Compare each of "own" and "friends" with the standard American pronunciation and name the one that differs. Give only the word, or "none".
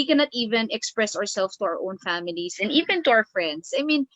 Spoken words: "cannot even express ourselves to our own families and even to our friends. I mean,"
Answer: friends